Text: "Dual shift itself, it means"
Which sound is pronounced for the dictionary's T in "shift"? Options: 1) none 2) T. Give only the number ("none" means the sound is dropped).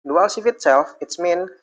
1